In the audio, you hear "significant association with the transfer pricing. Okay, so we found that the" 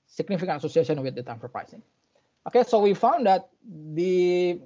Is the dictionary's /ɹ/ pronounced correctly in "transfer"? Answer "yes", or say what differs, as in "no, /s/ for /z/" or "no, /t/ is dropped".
no, /ɹ/ is dropped